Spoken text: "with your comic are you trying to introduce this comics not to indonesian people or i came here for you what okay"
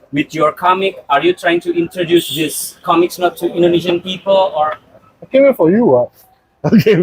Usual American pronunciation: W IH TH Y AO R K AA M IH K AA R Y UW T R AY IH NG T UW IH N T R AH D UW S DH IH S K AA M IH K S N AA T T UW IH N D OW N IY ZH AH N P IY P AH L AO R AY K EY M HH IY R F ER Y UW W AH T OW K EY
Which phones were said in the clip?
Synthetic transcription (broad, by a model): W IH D Y AO R K AA M IH K AA R Y UW T R AY IH NG T UW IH N T R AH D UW S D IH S K AA M IH K S N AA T T UW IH N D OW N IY SH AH N P IY P AH L AO R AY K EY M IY F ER Y UW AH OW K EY